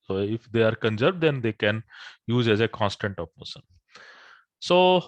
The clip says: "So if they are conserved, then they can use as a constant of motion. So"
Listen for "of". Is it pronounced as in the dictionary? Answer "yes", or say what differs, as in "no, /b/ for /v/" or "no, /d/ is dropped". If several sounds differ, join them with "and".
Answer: no, /p/ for /v/